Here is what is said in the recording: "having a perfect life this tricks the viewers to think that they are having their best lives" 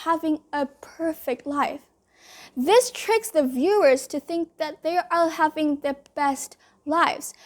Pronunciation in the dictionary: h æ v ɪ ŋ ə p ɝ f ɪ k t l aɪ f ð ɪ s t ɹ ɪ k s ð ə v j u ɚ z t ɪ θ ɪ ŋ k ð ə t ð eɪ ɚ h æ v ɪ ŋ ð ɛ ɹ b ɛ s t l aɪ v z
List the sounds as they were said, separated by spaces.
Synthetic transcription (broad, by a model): h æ v ɪ ŋ ə p ɝ f ɪ k t l aɪ f ð ɪ s t ɹ ɪ k s ð ə v j u ɚ z t ɪ θ ɪ ŋ k ð ə t ð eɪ ɚ h æ v ɪ ŋ ð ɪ b ɛ s t l aɪ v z